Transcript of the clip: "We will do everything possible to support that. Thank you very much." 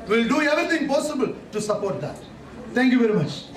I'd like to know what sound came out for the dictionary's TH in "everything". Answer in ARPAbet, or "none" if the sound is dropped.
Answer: T